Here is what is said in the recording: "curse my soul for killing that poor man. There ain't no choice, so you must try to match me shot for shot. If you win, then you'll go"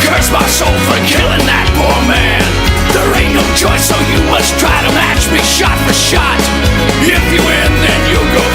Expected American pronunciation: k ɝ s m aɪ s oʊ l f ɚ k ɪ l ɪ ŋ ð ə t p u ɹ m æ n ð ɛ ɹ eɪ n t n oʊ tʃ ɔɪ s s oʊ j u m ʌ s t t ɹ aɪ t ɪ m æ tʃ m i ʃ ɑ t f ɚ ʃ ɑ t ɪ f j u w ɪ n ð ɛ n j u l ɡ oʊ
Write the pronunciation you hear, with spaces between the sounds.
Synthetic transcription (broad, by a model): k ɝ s m aɪ s oʊ l f ɚ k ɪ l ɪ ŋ ð ə t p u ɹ m æ n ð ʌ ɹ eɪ t n oʊ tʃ ɔɪ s s oʊ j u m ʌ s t t ɹ aɪ t ɪ m æ tʃ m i ʃ ɑ t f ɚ ʃ ɑ t ɪ f j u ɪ n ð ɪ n j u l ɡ oʊ